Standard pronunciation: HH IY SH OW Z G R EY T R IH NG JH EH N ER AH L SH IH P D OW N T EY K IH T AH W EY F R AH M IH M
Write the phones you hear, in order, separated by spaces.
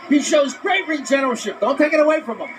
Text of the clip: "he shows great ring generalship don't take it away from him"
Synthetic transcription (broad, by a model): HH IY SH OW Z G R EY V R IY JH EH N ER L SH IH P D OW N T EY K IH T AH W EY F R AH M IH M